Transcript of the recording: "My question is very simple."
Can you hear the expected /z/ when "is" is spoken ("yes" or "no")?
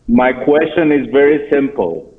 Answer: yes